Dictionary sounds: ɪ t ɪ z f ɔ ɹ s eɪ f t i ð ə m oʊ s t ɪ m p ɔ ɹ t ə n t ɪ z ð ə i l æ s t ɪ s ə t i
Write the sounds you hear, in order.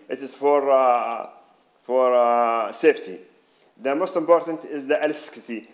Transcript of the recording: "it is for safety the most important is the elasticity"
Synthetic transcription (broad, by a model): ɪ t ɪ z f ɔ ɹ s eɪ f t i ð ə m oʊ s t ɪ m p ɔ ɹ t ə n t ɪ z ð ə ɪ l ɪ s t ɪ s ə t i